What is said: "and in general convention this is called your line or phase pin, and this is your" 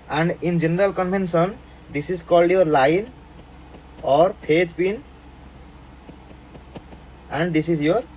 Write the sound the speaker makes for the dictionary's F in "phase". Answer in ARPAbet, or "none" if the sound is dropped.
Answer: P